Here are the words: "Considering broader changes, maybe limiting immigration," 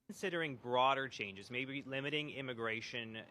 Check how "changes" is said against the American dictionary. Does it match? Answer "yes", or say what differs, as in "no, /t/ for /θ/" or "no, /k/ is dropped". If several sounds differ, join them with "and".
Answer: yes